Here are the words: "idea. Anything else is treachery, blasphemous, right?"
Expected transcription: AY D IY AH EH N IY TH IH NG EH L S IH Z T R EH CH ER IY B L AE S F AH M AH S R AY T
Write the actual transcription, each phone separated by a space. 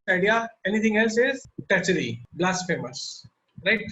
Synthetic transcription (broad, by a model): AY D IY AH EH N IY T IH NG EH L S IH Z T EH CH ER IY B L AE S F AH M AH S R AY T